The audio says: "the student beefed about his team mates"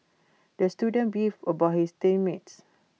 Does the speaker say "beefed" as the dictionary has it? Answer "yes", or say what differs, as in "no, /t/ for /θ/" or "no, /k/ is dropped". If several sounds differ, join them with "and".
no, /t/ is dropped